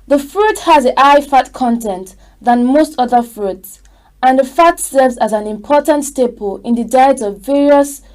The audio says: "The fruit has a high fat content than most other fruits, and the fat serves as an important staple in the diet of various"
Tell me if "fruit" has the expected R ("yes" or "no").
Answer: yes